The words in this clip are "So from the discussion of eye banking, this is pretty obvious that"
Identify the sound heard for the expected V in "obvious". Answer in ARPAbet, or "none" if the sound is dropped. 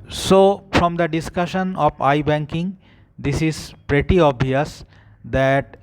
none